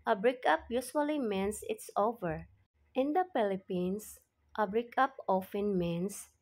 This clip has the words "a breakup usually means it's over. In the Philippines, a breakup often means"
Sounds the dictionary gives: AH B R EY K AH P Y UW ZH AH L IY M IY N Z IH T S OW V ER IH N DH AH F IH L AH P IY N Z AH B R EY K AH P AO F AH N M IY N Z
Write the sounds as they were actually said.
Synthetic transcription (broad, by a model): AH B R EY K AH P Y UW S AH L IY M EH N S IH T S OW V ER IH N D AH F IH L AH P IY N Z AH B R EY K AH P AO F AH N M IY N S